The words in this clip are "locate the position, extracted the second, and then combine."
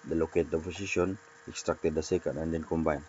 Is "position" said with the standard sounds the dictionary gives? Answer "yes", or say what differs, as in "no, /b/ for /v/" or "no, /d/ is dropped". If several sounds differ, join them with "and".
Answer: no, /s/ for /z/